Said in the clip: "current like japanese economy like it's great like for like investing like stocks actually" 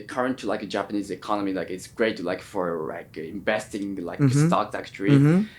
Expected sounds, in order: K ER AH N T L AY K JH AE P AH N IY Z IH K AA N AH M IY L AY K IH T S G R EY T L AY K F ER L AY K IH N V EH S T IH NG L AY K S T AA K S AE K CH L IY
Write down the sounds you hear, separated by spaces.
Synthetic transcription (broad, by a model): K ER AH N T L AY K JH AE P AH N IY Z IH K AA N AH M IY L AY K IH T S G R EY T L AY K F ER L AY K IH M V EH S T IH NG L AY K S T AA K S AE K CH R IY